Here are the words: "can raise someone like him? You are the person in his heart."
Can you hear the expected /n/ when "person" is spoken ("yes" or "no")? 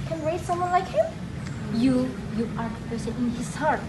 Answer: no